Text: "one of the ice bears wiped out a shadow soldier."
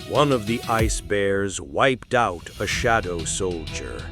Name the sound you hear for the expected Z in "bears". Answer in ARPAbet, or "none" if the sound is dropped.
Z